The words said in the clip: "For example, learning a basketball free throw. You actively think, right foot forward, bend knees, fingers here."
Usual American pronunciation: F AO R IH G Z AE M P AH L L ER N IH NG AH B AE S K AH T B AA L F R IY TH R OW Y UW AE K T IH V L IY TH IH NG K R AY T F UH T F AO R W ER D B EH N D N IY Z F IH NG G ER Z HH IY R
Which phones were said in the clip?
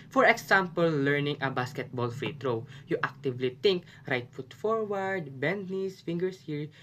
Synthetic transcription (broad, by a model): F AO R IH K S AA M P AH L L ER N IH NG AH B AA S K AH T B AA L F R IY T R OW Y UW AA K T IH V L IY T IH NG K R AY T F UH T F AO R W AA D B EH N D N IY S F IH NG G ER S HH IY R